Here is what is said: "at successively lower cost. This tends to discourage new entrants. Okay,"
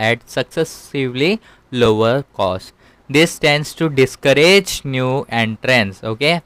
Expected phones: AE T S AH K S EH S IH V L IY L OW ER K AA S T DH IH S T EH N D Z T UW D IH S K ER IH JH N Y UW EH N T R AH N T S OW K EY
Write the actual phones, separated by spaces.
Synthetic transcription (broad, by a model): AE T S AH K S EH S IH V L IY L OW ER K AA S T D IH S T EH N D S T UW D IH S K ER IH JH N Y UW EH N T R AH N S OW K EY